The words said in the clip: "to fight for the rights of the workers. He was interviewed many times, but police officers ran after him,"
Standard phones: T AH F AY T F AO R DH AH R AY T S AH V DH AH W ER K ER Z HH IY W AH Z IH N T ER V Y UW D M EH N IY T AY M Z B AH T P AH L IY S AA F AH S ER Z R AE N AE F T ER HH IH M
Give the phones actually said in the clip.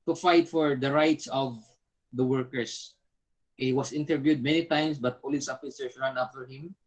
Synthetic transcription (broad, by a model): T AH F AY T F AO R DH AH R AY T S AH V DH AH W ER K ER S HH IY W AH S IH N T ER V Y UW D M EH N IY T AY M S B AH T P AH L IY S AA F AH S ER S R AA N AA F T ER HH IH M